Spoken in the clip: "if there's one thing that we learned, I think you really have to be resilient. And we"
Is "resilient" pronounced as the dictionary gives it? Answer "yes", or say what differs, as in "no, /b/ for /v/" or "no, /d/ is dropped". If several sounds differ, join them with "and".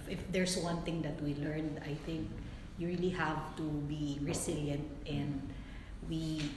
no, /s/ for /z/